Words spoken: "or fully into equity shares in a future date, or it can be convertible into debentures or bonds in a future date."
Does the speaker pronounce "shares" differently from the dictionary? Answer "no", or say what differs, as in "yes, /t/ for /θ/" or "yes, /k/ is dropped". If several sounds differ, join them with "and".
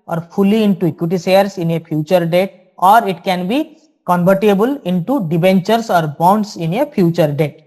yes, /s/ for /ʃ/ and /s/ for /z/